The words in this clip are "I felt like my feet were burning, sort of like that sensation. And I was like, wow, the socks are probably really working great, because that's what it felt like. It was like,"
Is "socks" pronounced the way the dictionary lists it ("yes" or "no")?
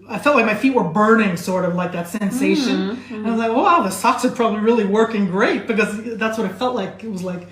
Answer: yes